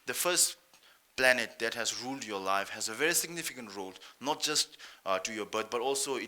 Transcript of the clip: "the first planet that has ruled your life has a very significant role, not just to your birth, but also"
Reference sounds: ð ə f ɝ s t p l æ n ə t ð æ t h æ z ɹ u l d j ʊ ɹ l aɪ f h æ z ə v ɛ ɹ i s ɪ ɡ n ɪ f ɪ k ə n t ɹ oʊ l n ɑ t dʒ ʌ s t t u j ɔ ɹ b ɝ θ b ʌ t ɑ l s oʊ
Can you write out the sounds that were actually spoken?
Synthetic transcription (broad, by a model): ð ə f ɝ s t p l æ n ə t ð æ t h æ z ɹ u l d j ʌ l aɪ f h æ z ə v ɛ ɹ i s ɪ ɡ n ɪ f ɪ k ə n t ɹ oʊ l n ɑ t dʒ ʌ s t t u j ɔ b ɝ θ b ʌ t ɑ l s oʊ